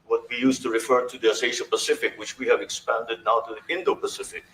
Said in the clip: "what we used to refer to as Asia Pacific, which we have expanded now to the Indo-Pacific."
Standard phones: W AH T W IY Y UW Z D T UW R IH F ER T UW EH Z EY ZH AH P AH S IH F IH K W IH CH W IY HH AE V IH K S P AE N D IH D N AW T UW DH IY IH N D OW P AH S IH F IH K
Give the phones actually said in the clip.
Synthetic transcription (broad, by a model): W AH T W IY Y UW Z T UW R IH F ER T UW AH S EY SH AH P AH S IH F IH K W IH CH W IY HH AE V IH K S P AE N D IH D N AW T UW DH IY IH N D OW P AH S IH F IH K